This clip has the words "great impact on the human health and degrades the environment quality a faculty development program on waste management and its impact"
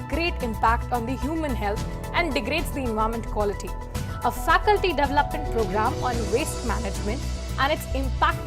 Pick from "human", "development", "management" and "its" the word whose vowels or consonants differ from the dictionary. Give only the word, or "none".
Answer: none